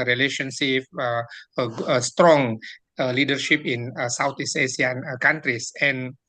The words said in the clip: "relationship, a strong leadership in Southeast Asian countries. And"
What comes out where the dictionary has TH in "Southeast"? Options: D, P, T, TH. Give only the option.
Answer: T